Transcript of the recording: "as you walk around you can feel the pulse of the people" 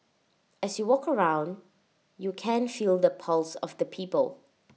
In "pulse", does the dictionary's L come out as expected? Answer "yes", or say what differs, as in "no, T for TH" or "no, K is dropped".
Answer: yes